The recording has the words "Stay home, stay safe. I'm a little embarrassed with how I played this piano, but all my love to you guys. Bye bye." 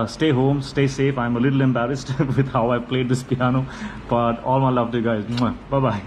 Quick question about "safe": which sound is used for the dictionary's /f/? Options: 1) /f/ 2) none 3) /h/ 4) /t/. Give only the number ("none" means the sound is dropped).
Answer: 1